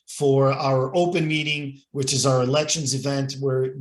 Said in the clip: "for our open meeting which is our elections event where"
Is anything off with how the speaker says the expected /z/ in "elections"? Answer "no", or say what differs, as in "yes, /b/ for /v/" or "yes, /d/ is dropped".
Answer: no